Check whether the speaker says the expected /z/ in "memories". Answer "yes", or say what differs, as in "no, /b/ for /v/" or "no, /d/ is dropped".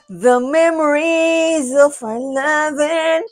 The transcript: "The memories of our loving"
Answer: yes